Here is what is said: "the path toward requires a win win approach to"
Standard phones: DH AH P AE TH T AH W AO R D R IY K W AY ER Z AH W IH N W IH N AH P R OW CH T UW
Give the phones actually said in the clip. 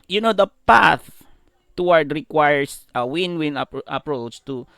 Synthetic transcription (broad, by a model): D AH P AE TH T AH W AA R D R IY K W AY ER S AH W IH N W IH N AH P R OW CH T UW